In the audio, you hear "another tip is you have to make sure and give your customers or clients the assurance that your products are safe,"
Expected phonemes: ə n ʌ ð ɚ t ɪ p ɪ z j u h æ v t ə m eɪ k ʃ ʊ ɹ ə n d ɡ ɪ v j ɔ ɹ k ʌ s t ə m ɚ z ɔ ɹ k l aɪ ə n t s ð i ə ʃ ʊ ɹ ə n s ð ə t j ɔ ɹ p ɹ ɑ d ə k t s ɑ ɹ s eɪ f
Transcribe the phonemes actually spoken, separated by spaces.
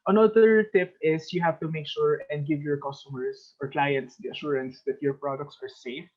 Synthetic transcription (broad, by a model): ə n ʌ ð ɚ t ɪ p ɪ s j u h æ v t ə m eɪ k ʃ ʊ ɹ ə n d ɡ ɪ v j ɔ ɹ k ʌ s t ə m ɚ s ɔ ɹ k l aɪ ə n t s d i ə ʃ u ɹ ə n s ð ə t j ɔ ɹ p ɹ ɑ d ə k t s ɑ ɹ s eɪ f